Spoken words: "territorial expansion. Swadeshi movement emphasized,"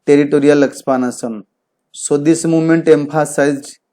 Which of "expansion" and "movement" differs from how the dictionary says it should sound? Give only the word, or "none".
expansion